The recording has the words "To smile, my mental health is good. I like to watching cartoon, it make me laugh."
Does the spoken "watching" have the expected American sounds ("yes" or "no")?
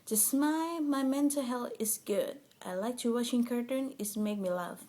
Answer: no